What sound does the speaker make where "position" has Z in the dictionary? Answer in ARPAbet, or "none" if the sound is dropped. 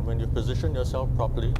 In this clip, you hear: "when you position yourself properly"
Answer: Z